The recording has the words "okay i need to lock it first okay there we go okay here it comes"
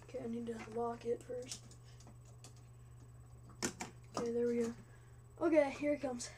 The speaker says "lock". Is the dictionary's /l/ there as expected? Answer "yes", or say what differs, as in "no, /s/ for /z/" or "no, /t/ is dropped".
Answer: no, /w/ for /l/